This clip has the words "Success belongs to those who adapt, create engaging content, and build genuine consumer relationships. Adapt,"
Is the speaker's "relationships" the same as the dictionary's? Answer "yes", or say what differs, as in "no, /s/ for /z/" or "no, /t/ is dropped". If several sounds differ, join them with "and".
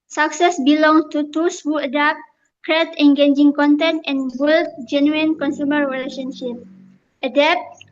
no, /s/ is dropped